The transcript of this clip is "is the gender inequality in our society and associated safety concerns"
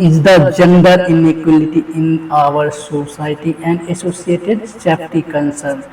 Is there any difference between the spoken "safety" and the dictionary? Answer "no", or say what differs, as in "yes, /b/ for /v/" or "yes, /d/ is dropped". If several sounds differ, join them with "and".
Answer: yes, /p/ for /f/